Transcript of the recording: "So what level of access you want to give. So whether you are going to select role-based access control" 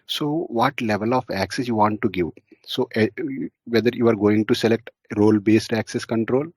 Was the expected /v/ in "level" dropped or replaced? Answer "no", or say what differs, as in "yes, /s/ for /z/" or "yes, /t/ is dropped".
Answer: no